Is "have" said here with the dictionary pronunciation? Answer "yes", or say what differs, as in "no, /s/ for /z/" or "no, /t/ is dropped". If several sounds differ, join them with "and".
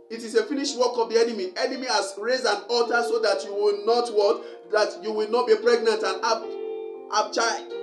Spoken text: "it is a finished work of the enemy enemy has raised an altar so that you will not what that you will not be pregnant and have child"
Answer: no, /b/ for /v/